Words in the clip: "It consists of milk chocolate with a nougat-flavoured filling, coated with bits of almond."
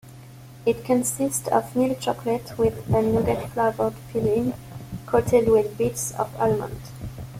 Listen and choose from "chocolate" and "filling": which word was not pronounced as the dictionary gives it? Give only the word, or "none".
filling